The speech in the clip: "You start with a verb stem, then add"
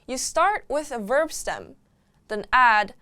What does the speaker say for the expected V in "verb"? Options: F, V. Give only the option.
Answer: V